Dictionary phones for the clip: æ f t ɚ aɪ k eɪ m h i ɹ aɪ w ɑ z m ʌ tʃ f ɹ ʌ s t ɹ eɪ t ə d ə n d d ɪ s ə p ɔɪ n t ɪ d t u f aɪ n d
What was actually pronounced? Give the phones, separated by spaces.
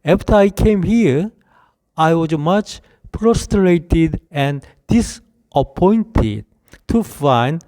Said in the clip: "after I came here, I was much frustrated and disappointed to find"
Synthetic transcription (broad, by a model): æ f t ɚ aɪ k eɪ m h i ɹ aɪ w ɑ z m ʌ tʃ p ɹ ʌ s t ɹ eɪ t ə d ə n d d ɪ s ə p ɔɪ n t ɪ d t u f aɪ n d